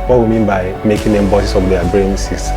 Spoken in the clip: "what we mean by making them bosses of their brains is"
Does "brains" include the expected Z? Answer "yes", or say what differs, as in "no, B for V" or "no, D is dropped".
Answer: no, S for Z